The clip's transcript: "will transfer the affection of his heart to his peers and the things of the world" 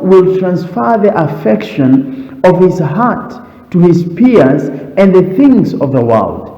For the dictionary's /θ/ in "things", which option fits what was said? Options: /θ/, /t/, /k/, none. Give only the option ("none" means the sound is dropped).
/θ/